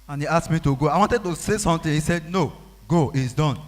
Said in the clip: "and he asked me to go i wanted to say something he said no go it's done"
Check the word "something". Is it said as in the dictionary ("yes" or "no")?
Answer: no